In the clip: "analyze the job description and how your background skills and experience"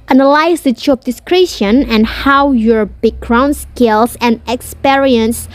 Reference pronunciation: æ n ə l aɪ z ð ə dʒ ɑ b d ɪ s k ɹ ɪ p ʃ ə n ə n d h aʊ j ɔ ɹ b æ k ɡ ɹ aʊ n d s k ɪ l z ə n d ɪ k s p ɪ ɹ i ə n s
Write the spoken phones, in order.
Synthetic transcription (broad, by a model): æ n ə l aɪ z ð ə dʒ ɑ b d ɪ s k ɹ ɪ ʃ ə n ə n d h aʊ j ɔ ɹ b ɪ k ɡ ɹ aʊ n s k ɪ l s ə n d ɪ k s p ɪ ɹ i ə n s